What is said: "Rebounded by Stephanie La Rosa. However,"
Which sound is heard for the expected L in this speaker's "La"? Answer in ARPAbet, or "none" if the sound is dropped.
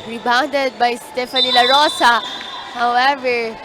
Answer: L